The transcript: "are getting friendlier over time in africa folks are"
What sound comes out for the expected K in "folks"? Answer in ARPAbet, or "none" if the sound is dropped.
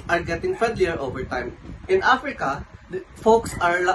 K